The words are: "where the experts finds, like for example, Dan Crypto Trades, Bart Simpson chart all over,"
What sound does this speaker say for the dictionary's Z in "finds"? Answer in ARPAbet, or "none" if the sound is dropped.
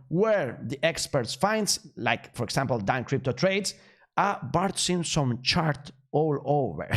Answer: S